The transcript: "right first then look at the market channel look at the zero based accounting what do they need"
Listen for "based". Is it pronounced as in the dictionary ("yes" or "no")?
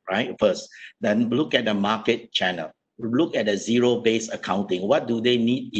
no